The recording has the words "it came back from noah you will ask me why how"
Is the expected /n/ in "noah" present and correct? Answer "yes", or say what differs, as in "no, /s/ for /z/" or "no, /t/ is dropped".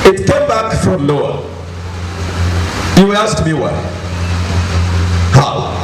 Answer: no, /l/ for /n/